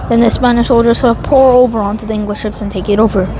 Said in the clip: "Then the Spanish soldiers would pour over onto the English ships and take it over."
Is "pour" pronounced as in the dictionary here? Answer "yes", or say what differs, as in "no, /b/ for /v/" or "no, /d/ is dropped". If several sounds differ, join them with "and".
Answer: yes